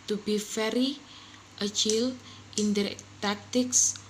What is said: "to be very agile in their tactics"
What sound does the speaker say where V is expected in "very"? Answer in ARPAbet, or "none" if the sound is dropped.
F